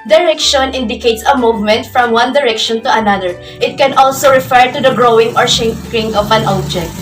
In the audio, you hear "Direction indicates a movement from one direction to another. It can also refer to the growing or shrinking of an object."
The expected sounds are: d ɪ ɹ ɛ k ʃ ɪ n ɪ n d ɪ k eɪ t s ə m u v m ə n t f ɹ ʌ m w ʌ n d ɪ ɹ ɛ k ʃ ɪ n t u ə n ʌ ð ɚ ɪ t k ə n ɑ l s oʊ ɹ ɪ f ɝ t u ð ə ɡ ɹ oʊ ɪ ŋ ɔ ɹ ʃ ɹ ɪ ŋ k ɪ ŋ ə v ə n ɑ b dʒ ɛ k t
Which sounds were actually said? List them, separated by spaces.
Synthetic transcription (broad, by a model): d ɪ ɹ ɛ k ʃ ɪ n ɪ n d ɪ k eɪ t s ə m u v m ə n t f ɹ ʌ m w ʌ n d ɪ ɹ ɛ k ʃ ɪ n t u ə n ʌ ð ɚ ɪ t k ə n ɑ l s oʊ ɹ ɪ f ɝ t u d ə ɡ ɹ oʊ ɪ ŋ ɔ ɹ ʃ ɛ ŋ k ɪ ŋ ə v ə n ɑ b dʒ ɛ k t